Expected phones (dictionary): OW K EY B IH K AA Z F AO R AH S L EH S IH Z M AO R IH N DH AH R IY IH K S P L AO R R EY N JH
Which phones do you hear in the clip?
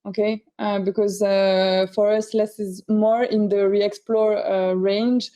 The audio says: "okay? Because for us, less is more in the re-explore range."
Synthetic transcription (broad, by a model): OW K EY B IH K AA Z F AO R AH S L EH S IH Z M AO R IH N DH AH R IY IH K S P L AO R R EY N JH